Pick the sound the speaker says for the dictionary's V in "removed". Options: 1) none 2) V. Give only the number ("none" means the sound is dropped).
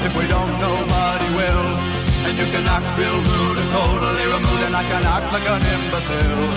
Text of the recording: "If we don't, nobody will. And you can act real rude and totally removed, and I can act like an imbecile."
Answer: 1